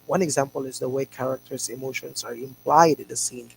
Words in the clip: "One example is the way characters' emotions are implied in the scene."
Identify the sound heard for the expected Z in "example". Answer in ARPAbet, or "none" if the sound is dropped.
Z